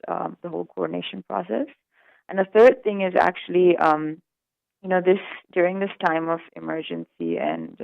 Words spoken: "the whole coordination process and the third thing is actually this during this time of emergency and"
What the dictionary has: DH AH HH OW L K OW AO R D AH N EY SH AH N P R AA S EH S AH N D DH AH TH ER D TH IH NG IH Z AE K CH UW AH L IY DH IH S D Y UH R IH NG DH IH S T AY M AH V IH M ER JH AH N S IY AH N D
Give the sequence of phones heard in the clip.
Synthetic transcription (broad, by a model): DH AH HH OW L K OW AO R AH N EY SH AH N P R AA S EH S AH N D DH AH TH ER D TH IH NG IH Z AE K CH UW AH N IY DH IH S D Y UH R IH NG DH IH S T AY M AH V IH M ER JH AH N S IY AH N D